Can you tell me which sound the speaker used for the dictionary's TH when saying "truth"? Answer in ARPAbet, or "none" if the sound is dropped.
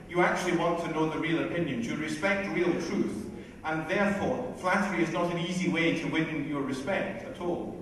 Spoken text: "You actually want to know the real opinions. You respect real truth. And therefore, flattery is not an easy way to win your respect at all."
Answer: TH